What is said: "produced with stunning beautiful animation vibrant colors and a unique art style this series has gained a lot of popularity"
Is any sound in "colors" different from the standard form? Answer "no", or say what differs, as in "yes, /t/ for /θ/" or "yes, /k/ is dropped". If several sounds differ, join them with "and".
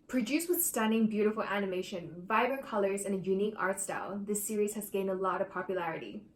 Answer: no